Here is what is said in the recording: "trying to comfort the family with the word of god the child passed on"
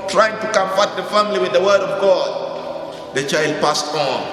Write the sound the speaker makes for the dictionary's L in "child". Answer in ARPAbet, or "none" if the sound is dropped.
L